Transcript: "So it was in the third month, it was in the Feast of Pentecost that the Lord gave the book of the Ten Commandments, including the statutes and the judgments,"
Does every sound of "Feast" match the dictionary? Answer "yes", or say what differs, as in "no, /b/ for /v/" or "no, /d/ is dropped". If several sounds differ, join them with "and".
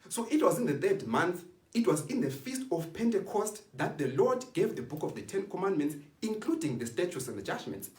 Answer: yes